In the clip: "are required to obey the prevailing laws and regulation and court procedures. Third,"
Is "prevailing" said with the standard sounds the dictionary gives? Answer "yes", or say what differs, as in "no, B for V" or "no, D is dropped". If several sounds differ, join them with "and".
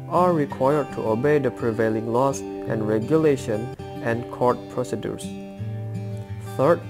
yes